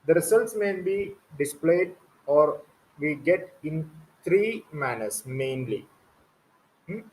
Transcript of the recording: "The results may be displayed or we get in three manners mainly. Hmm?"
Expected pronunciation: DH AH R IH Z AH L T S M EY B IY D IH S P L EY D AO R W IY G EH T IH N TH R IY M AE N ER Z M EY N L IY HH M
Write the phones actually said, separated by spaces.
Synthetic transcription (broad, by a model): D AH R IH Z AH L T S M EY B IY D IH S P L EY D AO R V IY G EH T IH N T R IY M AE N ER S M EY N L IY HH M